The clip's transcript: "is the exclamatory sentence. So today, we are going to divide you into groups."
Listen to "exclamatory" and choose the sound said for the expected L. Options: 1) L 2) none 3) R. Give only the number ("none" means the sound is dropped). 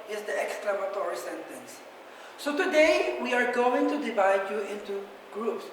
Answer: 1